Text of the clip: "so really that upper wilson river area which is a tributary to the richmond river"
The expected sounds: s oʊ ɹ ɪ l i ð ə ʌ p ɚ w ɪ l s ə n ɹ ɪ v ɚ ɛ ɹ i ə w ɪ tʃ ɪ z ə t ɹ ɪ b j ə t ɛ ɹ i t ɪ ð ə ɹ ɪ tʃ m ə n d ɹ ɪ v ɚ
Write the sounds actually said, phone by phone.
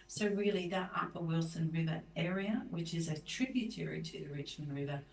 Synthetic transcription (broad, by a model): s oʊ ɹ ɪ l i ð ə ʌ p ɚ w ɪ l s ə n ɹ ɪ v ɚ ɛ ɹ i ə w ɪ tʃ ɪ z ə t ɹ ɪ b j ə t ɛ ɹ i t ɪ ð ə ɹ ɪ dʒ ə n ɹ ɪ v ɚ